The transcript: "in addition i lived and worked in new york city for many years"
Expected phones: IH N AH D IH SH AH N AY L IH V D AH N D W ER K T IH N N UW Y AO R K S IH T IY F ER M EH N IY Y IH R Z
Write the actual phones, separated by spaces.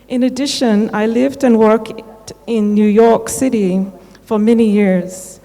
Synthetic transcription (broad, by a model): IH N AH D IH SH AH N AY L IH V D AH N W ER K T IH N N UW Y AO R K S IH T IY F ER M EH N IY Y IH R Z